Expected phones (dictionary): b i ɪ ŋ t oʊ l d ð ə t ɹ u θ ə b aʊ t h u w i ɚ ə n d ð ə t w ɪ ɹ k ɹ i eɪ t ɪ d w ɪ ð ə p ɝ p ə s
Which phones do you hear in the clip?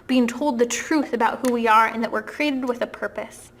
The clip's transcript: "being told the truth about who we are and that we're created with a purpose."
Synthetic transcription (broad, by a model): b i ɪ ŋ t oʊ l d ð ə t ɹ u θ ə b aʊ t h u w i ɚ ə n ð ə t w ɪ ɹ k ɹ i eɪ t ɪ d w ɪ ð ə p ɝ p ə s